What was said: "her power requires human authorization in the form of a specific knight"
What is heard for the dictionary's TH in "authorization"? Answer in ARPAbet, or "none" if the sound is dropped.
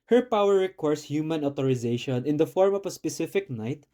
T